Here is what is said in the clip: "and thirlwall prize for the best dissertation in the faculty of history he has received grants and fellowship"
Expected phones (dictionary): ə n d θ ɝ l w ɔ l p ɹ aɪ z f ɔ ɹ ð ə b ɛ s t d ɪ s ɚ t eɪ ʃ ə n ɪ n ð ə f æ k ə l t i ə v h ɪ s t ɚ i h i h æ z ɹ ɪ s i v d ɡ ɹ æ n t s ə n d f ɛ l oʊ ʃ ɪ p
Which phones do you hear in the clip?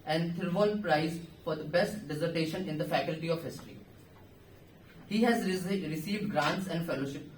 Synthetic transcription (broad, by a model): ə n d t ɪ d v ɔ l p ɹ aɪ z f ɔ ɹ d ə b ɛ s t d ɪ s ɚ t eɪ ʃ ə n ɪ n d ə f æ k ə l t i ə v h ɪ s t ɚ i h i h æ z ɹ ɪ s i v d ɡ ɹ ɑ n t s ə n d f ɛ l oʊ ʃ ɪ p